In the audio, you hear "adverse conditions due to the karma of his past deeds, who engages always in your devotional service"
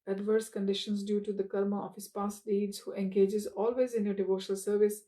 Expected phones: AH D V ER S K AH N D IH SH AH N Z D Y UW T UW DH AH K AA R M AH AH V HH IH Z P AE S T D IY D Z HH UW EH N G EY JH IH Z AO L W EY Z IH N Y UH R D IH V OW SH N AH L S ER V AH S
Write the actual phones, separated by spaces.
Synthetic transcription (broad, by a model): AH D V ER S K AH N D IH SH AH N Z D Y UW T UW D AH K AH R M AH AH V HH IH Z P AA S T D IY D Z HH UW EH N G EY JH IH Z AO L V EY Z IH N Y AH D IH V OW SH N AH L S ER V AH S